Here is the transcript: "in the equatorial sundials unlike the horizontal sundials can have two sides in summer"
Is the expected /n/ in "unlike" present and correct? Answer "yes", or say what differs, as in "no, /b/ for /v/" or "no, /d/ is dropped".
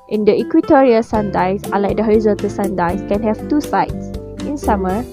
no, /n/ is dropped